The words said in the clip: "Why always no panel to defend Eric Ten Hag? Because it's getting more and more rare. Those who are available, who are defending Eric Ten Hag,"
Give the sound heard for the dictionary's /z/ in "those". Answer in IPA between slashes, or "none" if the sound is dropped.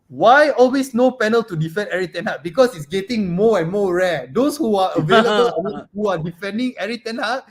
/s/